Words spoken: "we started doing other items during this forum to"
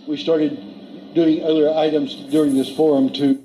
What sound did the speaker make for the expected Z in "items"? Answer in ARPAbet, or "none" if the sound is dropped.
Z